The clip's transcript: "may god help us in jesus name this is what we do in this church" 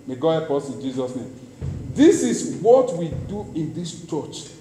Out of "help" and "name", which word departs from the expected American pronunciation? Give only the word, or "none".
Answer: help